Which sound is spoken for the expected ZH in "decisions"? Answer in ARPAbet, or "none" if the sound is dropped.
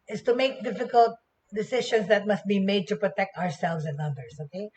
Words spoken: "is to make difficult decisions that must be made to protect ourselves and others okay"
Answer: SH